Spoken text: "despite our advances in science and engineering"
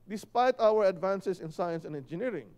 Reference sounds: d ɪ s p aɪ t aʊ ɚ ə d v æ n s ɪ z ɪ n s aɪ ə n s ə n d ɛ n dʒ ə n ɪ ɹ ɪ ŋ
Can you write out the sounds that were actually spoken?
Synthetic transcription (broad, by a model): d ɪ s p aɪ t aʊ ɚ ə d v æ n s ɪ s ɪ n s aɪ ə n s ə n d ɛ n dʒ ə n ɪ ɹ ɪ ŋ